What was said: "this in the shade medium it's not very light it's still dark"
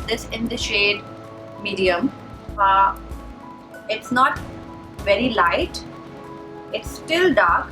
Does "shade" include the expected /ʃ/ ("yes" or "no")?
yes